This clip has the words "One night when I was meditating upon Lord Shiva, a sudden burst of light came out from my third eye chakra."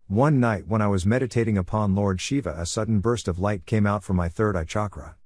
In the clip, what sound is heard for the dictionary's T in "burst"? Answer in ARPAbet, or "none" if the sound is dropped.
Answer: T